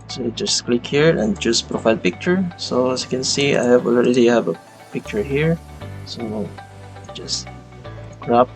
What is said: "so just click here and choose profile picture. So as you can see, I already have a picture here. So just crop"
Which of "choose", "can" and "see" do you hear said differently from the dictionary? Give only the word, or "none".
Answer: choose